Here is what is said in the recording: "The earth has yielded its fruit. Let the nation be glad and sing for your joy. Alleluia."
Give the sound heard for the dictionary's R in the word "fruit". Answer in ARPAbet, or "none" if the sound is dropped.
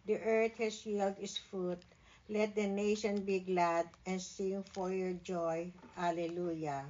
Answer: none